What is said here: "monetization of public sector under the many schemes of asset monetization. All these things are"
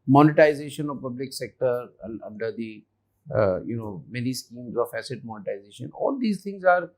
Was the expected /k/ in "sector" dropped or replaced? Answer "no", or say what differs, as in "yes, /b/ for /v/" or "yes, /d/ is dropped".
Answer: no